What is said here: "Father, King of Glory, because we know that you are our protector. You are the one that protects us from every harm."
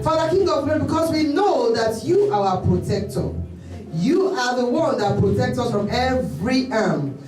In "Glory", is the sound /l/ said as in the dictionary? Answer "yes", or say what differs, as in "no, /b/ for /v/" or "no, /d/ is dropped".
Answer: no, /l/ is dropped